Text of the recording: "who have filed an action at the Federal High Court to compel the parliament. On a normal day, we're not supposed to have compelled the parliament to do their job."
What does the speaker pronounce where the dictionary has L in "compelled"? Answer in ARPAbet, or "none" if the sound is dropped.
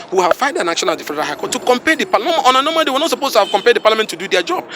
none